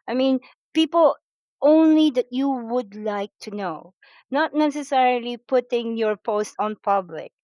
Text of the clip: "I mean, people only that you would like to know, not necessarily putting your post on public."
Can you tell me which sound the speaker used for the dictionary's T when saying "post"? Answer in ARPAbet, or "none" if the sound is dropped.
T